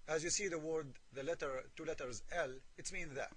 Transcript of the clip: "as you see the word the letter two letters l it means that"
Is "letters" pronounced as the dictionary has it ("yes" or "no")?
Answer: yes